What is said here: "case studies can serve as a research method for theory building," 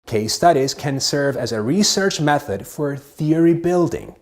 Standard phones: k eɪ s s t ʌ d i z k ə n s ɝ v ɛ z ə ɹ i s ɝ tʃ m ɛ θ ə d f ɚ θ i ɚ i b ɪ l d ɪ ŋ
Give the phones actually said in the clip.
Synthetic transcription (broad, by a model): k eɪ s s t ʌ d i z k ə n s ɝ v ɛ z ə ɹ i s ɝ tʃ m ɛ θ ə d f ɚ θ i ɚ i b ɪ l d ɪ ŋ